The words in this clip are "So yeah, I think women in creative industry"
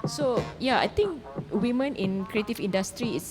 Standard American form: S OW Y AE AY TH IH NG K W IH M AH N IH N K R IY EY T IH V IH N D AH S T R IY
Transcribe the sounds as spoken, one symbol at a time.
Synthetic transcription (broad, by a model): S OW Y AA AY T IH NG K W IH M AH N IH N K R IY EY T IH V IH N D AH S T R IY